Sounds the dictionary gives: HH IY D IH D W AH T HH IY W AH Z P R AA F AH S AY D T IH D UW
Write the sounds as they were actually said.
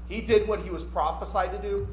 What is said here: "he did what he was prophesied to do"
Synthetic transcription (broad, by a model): HH IY D IH D W AH T HH IY W AH Z P R AA F AH S AY D T IH D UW